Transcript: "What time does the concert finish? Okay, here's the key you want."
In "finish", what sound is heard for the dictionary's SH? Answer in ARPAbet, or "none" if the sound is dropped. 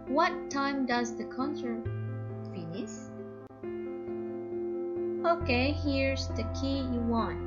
S